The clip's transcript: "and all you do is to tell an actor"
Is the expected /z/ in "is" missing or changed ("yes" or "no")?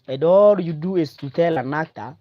yes